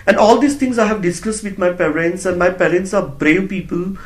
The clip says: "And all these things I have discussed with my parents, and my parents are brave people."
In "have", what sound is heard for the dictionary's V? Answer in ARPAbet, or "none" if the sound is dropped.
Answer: V